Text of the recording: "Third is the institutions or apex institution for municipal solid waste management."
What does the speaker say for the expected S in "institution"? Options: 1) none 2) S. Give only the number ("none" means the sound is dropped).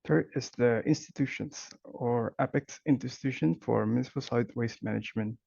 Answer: 1